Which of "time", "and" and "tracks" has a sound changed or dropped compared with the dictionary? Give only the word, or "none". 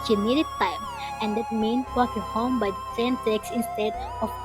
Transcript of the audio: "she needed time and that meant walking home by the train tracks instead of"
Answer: tracks